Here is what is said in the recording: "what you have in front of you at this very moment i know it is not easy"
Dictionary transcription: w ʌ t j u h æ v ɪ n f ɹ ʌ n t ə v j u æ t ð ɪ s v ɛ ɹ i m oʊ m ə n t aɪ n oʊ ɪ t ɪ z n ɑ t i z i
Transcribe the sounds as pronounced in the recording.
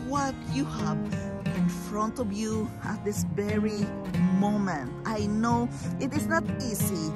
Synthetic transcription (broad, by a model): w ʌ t j u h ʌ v ɪ n f ɹ ʌ n t ə v j u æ t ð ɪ s v ɛ ɹ i m oʊ m ə n t aɪ n oʊ ɪ t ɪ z n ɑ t i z i